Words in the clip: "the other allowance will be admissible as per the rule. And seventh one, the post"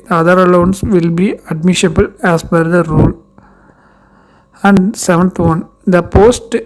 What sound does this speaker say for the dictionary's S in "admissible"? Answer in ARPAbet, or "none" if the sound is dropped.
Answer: SH